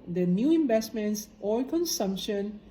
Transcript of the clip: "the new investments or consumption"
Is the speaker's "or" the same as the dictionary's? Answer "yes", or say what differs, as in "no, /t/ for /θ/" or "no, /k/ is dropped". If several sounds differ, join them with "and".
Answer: no, /l/ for /ɹ/